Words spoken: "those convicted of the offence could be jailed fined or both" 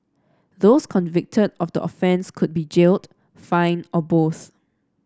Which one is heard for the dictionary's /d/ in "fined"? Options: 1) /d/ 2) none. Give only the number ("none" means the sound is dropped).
2